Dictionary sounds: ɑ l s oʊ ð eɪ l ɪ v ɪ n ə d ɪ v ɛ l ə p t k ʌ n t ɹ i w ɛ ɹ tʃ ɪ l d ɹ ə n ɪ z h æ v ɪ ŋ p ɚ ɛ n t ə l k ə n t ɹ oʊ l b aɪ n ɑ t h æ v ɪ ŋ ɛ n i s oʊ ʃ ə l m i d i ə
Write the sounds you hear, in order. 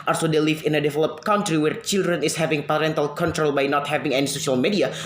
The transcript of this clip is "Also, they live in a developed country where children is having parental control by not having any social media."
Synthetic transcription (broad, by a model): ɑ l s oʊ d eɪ l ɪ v ɪ n ə d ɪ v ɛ l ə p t k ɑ n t ɹ i w ɛ ɹ tʃ ɪ l d ɹ ə n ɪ s h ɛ v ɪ ŋ p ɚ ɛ n t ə l k ə n t ɹ oʊ l b aɪ n ɑ t h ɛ v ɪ ŋ ɛ n i s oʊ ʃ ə l m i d i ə